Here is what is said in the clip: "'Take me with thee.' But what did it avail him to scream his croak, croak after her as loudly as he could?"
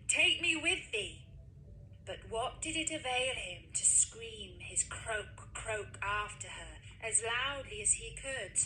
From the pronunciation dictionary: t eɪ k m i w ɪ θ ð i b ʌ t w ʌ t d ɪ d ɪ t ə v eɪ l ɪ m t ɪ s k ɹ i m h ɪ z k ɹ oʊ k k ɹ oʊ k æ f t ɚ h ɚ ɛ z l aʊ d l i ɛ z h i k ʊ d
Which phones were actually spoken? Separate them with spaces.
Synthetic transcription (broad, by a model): t eɪ k m i w ɪ ð i b ʌ t w ʌ t d ɪ d ɪ t ə v eɪ l ɪ m t ɪ s k ɹ i m ɪ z k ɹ oʊ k k ɹ oʊ k æ f t ɚ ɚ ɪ z l aʊ d l i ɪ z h i k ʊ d